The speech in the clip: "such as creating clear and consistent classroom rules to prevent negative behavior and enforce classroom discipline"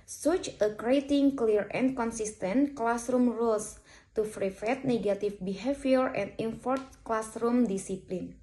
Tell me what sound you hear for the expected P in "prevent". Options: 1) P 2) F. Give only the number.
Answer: 2